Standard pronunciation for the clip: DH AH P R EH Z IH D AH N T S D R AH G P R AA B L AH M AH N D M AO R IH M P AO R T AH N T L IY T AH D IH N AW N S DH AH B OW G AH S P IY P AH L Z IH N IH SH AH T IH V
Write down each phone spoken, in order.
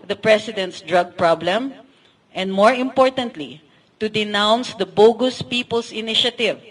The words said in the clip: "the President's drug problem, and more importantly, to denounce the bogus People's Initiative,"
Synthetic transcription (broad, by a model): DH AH P R EH S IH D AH N T S D R AH G P R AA B L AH M AH N D M AO R IH M P AO R T AH N T L IY T AH D IH N AW N S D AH B OW G AH S P IY P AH L S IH N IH SH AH T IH V